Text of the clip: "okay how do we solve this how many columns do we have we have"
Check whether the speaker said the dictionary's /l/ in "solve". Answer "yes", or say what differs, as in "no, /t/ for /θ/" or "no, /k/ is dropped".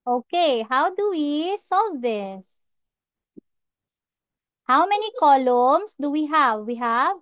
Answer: no, /l/ is dropped